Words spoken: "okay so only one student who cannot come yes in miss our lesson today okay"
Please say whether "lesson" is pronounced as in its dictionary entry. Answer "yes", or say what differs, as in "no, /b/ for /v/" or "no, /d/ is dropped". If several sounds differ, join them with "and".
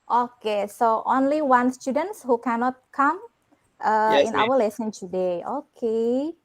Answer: yes